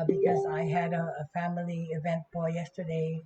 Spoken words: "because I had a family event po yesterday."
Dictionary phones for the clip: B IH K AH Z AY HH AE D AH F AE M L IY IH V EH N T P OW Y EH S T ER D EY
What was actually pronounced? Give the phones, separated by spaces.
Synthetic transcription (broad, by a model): B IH K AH Z AY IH D AH F AE M L IY IH V EH N T B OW Y EH S T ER D EY